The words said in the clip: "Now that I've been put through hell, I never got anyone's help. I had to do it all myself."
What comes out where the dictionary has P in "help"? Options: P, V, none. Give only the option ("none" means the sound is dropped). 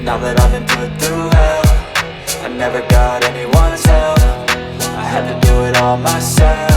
none